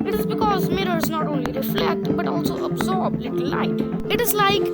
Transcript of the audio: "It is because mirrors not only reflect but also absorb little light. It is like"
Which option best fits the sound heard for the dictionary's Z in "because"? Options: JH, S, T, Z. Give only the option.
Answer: Z